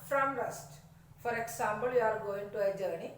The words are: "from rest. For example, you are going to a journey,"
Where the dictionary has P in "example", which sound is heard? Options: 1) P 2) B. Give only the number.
2